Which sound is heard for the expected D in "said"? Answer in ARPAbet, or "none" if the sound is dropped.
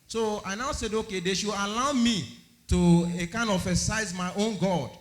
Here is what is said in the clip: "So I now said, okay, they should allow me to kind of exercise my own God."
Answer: D